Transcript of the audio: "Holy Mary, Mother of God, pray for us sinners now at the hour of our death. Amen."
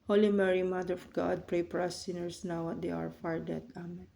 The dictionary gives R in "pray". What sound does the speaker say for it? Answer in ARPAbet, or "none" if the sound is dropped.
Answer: R